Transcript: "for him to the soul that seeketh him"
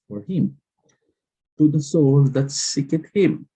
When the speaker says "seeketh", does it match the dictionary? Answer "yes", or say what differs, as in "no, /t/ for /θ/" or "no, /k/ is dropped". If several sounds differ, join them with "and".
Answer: no, /t/ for /θ/